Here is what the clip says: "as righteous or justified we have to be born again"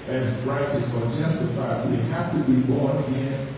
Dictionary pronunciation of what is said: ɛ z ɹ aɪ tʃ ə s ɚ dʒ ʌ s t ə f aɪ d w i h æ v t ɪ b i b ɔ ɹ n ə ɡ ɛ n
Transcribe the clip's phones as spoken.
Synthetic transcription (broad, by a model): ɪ z ɹ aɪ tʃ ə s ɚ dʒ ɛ s t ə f aɪ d w i h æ f t ɪ b i b ɔ ɹ n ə ɡ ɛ n